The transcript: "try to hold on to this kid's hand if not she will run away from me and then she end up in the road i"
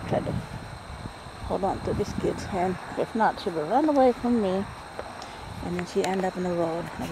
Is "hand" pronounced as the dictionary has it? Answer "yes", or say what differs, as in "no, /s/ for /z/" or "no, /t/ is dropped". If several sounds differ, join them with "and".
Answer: no, /d/ is dropped